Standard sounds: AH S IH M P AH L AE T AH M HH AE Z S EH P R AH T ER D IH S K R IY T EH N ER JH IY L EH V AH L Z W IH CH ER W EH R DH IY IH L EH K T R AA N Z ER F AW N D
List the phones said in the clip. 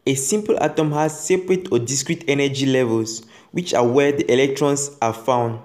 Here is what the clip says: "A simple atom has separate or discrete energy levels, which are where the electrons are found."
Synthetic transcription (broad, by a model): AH S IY M P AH L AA T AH M HH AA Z S EH P R AH T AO D IH S K R IY T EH N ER JH IY L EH V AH L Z W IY CH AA W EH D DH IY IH L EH K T R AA N S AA F AW N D